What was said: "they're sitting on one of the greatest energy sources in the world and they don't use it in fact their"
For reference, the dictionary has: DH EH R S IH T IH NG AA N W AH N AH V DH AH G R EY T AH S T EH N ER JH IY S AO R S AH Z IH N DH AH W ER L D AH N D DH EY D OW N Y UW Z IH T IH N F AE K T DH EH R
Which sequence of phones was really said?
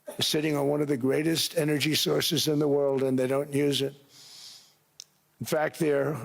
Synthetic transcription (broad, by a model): S IH T IH NG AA N W AH N AH V DH AH G R EY T AH S T EH N ER JH IY S AO R S AH Z IH N DH AH W ER L D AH N DH EY D OW N Y UW Z IH T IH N F AE K T DH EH R